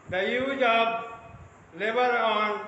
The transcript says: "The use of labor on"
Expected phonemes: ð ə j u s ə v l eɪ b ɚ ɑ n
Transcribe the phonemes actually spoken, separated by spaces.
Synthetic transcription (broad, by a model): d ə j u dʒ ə b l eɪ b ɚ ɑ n